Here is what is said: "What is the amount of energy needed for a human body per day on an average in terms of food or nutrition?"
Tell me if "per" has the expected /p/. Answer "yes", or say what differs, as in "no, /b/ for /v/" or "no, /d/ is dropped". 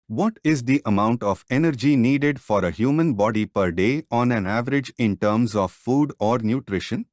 yes